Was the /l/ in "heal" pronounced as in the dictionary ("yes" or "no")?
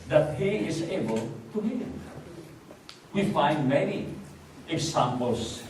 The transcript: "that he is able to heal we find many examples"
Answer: no